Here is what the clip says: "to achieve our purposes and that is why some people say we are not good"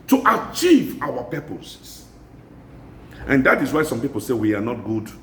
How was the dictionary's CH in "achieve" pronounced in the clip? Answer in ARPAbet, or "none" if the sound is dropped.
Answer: CH